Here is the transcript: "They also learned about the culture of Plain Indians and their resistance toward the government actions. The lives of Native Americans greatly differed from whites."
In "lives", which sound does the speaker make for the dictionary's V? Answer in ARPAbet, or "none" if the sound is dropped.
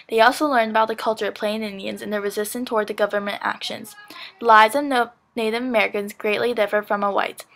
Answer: none